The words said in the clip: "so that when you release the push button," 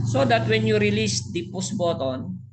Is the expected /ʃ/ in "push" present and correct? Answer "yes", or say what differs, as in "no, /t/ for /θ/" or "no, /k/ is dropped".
no, /s/ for /ʃ/